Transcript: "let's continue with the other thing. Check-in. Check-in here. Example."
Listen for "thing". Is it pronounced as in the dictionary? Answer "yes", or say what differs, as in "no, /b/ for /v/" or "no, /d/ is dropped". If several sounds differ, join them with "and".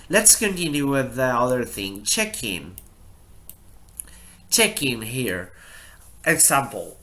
yes